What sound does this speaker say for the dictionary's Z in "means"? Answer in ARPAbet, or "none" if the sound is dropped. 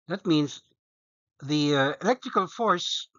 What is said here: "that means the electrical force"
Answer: Z